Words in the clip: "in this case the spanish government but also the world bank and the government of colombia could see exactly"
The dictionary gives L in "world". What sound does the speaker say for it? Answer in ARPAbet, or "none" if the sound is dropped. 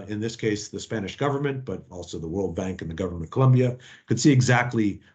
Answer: L